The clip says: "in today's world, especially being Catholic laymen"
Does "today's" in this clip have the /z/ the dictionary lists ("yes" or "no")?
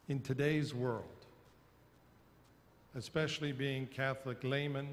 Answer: yes